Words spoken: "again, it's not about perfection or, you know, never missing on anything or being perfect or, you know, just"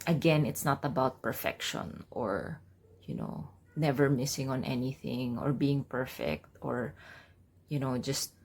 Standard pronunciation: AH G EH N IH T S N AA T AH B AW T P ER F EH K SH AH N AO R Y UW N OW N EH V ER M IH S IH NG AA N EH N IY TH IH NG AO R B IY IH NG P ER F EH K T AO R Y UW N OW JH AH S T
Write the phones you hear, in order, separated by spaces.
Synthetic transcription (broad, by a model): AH G EH N IH T S N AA T AH B AW T P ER F EH K SH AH N AO R Y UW N OW N EH V ER M IH S IH NG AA N EH N IY TH IH NG AO R B IY IH NG P ER F EH K T AO R Y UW N OW JH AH S T